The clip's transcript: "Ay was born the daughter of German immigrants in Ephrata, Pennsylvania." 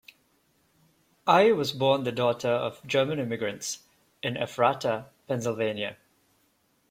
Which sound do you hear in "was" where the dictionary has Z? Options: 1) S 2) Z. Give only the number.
2